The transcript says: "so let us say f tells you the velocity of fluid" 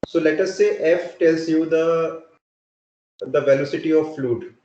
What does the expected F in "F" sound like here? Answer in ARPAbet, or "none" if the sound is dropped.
F